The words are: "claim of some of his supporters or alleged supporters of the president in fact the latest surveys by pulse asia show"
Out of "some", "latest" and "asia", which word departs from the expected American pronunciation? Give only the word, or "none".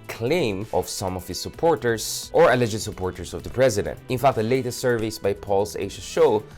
asia